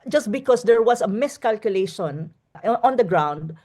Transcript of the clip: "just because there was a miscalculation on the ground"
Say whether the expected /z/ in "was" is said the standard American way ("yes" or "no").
no